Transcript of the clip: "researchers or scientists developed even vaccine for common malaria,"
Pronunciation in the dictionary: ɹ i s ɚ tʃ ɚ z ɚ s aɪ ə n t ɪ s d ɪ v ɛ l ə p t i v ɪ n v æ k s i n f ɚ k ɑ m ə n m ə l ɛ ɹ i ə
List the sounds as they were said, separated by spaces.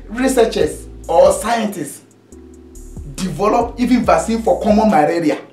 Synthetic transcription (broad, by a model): ɹ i s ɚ tʃ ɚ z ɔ s aɪ ə n t ɪ s d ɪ v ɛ l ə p i v ɪ n v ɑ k s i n f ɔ k ɑ m ə n m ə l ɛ ɹ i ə